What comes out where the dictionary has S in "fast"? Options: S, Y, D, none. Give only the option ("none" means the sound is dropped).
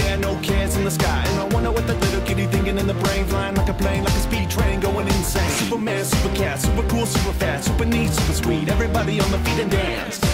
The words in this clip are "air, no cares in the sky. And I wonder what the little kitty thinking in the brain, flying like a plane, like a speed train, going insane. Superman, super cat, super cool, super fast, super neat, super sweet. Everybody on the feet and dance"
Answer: none